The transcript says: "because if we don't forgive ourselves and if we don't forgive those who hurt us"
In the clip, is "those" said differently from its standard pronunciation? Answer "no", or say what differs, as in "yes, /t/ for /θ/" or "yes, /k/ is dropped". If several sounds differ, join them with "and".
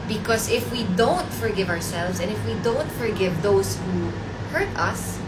yes, /s/ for /z/